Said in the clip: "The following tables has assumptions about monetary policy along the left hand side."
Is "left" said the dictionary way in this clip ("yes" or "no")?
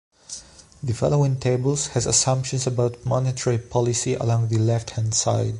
yes